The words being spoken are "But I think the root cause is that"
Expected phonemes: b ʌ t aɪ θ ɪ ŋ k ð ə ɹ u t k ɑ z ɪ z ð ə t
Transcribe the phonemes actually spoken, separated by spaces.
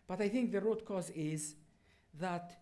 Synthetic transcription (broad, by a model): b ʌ t aɪ θ ɪ ŋ k ð ə ɹ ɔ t k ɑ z ɪ z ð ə t